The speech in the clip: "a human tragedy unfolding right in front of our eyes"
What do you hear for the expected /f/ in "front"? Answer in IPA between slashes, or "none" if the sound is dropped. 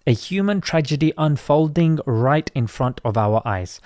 /f/